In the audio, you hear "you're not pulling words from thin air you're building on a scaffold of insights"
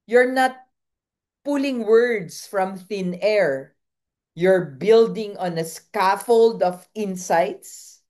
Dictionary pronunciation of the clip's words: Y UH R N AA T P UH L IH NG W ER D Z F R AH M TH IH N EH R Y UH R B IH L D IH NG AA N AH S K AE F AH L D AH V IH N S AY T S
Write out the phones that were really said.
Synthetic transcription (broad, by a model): Y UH R N AA T P UH L IH NG W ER D S F R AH M TH IH N EH R Y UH R B IH L D IH NG AA N AH S K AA F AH L D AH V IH N S AY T S